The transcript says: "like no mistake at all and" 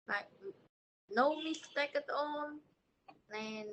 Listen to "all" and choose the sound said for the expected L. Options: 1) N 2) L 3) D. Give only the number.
1